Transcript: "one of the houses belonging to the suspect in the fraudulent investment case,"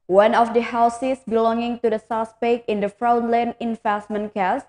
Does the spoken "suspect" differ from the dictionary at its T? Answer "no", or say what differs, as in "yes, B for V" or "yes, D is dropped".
yes, T is dropped